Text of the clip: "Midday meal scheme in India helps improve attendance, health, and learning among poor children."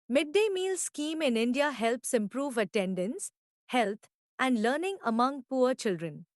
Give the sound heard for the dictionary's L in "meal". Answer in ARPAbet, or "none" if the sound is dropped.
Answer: L